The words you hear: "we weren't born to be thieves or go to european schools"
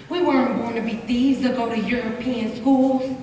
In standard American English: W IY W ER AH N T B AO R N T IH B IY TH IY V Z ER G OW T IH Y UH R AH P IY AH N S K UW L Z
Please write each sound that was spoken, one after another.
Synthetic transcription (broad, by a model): W IY W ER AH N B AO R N T IH B IY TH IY Z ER G OW T IH Y UH R AH P IY AH N S K UW L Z